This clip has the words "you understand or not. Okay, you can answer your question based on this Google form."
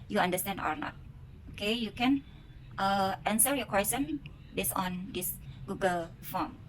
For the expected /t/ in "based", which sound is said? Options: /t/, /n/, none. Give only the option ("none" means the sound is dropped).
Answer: none